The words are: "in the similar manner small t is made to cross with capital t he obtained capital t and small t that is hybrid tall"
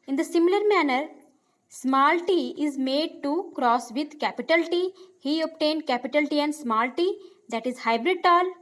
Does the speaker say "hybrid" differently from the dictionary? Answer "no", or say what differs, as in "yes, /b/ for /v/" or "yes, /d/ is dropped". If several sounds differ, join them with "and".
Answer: no